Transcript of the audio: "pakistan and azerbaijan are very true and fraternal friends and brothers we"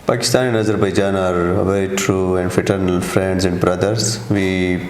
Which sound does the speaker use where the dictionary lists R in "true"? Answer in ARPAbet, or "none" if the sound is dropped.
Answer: R